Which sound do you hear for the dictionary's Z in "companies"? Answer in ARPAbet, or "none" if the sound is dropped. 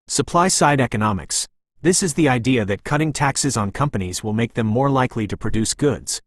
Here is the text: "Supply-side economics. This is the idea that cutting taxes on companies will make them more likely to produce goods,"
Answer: Z